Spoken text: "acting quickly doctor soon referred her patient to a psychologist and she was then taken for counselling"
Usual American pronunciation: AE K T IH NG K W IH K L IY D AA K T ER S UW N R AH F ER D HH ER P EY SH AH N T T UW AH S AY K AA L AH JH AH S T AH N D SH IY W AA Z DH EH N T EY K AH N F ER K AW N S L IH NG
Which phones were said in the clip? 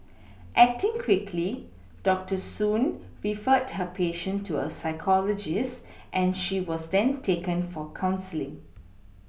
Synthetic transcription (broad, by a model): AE K T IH NG K W IH K L IY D AA K T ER S UW N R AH F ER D HH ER P EY SH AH N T T UW AH S AY K AA L AH JH AH S T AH N SH IY W AA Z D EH N T EY K AH N F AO K AW N S L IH NG